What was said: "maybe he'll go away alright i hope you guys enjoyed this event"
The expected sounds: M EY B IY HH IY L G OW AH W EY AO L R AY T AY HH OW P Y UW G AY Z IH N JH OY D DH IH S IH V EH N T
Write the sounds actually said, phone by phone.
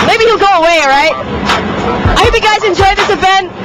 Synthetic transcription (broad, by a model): M EY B IY HH IY L G OW AH W EY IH R AY T AY HH OW P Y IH G AY Z IH N JH OY D DH IH S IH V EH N